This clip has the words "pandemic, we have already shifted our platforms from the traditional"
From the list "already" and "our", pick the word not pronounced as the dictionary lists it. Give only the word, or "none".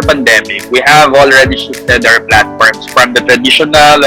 our